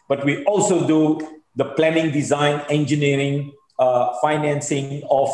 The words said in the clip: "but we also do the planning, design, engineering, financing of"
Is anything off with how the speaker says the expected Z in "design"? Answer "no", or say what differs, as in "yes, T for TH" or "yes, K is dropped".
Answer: no